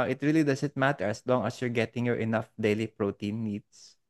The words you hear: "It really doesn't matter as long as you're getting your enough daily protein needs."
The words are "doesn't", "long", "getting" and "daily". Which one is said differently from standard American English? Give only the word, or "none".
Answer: doesn't